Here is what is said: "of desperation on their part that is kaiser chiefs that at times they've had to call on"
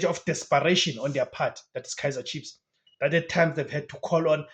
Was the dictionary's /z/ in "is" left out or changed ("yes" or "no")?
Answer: yes